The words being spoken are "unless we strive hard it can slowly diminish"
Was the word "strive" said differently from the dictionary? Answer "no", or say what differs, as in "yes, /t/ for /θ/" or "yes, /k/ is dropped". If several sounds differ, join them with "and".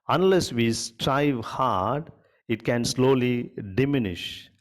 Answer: no